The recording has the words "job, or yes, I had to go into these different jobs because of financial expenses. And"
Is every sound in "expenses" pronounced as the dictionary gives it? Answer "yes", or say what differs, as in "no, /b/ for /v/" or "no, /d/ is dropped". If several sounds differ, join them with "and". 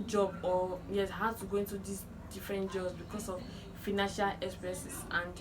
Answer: no, /n/ is dropped